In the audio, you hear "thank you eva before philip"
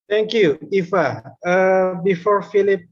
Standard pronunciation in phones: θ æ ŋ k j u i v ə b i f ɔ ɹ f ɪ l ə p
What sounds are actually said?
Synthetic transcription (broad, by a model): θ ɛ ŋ k j u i f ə b i f ɔ ɹ f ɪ l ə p